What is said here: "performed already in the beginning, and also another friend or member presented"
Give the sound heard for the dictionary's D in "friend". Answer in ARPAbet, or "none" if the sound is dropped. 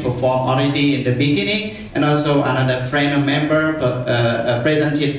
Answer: none